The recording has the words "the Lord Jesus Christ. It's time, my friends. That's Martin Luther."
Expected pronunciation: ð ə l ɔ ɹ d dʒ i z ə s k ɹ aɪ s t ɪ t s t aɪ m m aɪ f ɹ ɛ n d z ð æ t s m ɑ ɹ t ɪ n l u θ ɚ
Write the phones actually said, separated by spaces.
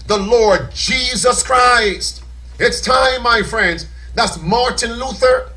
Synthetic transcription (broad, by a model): ð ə l ɔ ɹ d dʒ i z ə s k ɹ aɪ s t ɪ t s t aɪ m m aɪ f ɹ ɛ n d z ð æ t s m ɑ ɹ t ɪ n l u θ ɚ